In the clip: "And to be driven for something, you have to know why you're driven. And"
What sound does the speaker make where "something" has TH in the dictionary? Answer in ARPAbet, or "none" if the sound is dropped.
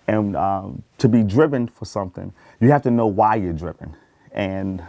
TH